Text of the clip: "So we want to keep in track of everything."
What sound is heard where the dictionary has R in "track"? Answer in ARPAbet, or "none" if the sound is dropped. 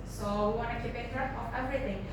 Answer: none